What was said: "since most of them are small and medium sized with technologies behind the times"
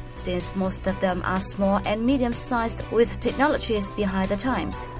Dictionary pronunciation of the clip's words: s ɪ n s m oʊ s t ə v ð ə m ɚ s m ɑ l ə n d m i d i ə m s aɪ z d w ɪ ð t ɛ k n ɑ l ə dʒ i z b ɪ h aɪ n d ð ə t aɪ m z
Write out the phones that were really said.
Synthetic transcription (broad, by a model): s ɪ n s m oʊ s t ə v ð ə m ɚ s m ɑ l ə n m i d i ə m s aɪ z d w ɪ ð t ɛ k n ɑ l ə dʒ i z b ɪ h aɪ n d ð ə t aɪ m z